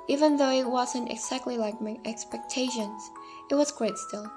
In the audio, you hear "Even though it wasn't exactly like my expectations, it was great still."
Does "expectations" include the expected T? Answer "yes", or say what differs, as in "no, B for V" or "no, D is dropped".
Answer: yes